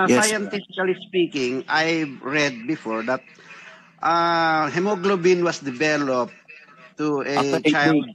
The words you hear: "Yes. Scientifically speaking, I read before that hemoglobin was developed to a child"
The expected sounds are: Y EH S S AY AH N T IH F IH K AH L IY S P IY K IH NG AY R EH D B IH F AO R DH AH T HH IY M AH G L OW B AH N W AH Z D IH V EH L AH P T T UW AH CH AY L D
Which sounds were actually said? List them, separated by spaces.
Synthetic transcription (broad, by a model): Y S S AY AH N T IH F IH K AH L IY S P IY K IH NG AY R EH D B IH F AO R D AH T HH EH M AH G L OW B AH N W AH S D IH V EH L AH P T T UW AH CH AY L